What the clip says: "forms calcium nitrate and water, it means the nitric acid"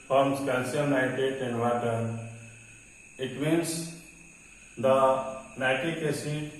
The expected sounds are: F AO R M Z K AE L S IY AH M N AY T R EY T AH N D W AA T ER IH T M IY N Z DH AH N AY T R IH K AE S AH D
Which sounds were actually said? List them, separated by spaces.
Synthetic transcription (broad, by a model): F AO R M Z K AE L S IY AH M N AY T EY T AH N D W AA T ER IH T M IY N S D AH N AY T IH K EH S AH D